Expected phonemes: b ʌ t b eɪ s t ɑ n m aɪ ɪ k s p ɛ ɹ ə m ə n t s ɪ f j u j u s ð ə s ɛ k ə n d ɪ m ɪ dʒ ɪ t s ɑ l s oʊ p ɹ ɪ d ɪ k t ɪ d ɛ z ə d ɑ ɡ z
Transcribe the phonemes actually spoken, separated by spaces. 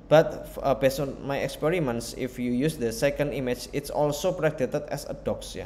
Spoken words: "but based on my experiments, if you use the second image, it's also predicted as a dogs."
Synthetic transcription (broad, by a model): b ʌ t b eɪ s ɑ n m aɪ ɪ k s p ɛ ɹ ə m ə n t s ɪ f j u j u s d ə s ɛ k ə n d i m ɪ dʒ ɪ t s ɑ l s oʊ p ɹ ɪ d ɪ t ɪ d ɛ s ə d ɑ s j